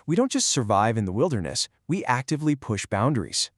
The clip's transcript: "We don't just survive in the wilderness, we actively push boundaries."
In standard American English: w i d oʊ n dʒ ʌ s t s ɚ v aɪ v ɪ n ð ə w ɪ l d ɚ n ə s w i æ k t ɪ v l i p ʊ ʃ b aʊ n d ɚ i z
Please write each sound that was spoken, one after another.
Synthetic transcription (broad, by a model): w i d oʊ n dʒ ʌ s t s ɚ v aɪ v ɪ n ð ə w ɪ l d ɚ n ə s w i æ k t ɪ v l i p ʊ ʃ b aʊ n d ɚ i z